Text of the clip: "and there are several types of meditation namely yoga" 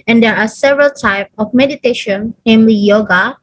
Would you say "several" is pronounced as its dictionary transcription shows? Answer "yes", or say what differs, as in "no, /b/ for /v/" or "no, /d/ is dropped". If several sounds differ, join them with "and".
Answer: yes